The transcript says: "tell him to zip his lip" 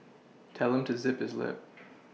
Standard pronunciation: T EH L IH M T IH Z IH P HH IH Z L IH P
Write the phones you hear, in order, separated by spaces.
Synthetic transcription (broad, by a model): T EH L IH M T IH Z IH P HH IH Z L IH P